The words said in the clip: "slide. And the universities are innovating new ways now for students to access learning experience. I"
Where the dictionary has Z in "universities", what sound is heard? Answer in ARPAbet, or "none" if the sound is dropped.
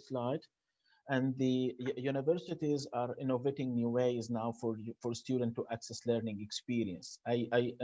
Z